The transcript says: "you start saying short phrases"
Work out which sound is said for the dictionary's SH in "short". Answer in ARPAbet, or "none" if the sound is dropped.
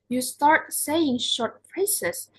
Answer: SH